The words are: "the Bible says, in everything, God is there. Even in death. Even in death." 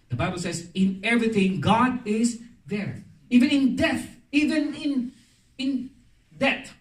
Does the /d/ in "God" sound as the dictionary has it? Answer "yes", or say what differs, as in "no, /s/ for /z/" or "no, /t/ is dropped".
yes